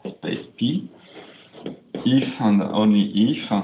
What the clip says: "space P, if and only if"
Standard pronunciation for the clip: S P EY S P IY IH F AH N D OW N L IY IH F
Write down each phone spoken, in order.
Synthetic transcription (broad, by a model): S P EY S P IY IH F AH N D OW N IY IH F